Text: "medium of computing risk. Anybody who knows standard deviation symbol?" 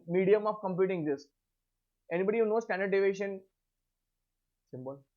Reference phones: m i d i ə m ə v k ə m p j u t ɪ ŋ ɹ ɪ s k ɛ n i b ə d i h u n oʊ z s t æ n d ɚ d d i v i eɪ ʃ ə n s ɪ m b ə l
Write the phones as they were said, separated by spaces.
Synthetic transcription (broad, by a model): m i d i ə m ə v k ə m p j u t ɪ ŋ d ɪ s ɛ n i b ə d i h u n oʊ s t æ n d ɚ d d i v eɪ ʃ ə n s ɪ m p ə l